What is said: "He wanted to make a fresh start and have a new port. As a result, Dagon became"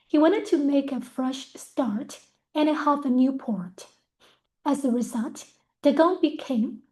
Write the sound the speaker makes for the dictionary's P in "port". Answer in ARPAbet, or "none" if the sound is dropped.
P